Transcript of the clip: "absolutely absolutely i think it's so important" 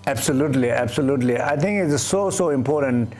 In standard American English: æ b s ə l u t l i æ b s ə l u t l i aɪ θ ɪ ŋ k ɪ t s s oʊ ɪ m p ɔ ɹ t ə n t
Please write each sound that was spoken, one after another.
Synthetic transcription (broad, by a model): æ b s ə l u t l i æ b s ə l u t l i aɪ t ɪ ŋ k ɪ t s s oʊ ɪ m p ɔ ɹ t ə n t